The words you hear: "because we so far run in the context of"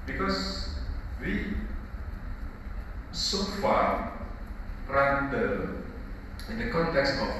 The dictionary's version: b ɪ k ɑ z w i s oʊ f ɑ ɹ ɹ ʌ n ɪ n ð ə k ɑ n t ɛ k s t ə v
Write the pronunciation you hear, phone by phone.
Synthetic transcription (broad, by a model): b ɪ k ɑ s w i s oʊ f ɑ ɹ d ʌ ɪ n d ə k ɑ n t ɛ k s t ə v